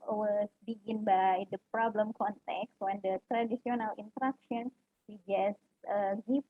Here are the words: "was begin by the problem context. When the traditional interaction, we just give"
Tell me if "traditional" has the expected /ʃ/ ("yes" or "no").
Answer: no